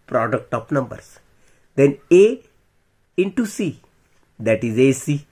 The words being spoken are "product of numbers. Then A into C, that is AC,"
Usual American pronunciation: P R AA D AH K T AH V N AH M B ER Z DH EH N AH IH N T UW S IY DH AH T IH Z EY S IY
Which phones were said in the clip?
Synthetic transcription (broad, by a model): P R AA D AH K T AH P N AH M B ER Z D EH N AH IH N T UW S IY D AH T IH Z EY S IY